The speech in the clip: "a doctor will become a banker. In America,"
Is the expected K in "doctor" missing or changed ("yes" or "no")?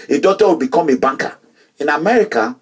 yes